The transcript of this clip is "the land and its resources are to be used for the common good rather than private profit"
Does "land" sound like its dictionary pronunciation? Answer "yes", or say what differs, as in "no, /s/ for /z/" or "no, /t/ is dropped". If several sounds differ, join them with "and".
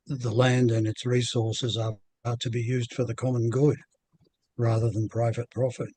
yes